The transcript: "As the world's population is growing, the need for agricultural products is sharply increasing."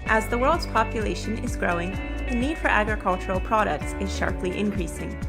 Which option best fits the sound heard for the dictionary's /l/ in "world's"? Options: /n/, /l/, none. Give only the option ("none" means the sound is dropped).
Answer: /l/